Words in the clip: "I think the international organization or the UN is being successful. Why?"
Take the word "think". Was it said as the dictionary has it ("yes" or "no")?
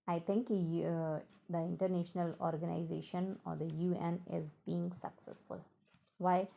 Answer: no